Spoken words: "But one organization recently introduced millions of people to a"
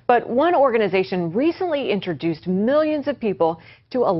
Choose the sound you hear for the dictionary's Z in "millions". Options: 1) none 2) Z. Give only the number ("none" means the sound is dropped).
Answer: 2